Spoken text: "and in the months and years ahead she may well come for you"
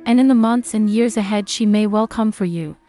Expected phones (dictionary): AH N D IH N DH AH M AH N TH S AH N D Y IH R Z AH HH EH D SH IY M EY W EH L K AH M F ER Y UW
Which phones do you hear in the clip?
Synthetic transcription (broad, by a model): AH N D IH N DH AH M AH N TH S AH N Y IH R Z AH HH EH D SH IY M EY W EH L K AH M F ER Y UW